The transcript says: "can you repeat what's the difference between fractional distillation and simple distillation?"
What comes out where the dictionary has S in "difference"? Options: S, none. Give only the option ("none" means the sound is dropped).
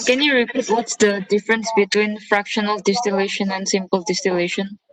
S